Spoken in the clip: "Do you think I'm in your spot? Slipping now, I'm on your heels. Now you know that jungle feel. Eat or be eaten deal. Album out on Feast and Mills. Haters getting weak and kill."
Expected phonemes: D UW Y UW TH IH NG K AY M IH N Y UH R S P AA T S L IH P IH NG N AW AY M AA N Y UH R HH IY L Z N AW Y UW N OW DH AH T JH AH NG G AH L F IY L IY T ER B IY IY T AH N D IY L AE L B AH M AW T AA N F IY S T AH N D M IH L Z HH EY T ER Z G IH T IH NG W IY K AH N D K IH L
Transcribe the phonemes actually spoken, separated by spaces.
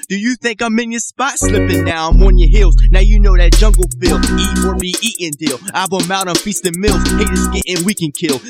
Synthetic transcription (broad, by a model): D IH Y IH TH IH NG K AY M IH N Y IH S P AA T S L IH P IH NG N AW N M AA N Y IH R HH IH L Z N AW Y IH N OW DH AH T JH AH NG G L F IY L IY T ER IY IY T AH N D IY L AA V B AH M AW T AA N F IY S T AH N M IH L Z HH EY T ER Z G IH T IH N W IY K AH N K IH L